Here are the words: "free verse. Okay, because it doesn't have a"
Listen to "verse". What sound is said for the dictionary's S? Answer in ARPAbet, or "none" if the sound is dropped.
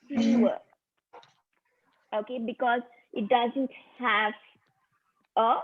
none